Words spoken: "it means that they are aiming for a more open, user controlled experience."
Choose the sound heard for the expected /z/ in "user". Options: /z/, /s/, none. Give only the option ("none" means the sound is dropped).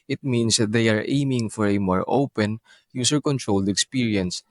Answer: /s/